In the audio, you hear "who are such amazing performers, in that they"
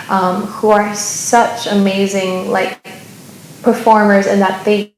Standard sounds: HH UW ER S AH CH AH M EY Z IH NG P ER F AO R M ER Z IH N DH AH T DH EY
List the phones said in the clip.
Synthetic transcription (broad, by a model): HH UW ER S AH CH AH M EY Z IH NG P ER F AO R M ER Z IH N DH AH T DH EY